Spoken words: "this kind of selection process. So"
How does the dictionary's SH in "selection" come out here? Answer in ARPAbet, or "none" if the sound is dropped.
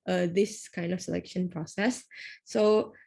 SH